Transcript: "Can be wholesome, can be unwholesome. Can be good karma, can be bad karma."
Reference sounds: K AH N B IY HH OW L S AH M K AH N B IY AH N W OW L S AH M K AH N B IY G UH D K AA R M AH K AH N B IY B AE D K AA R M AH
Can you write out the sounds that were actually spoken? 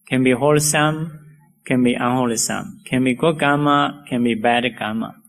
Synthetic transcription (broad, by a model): K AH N B IY HH OW L S AH M K AH N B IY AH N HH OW L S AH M K AH N B IY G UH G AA M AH K AH N B IY B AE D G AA M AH